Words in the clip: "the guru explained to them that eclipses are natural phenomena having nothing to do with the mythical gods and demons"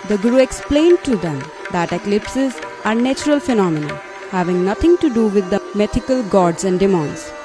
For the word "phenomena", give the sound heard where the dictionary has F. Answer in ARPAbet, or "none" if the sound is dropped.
F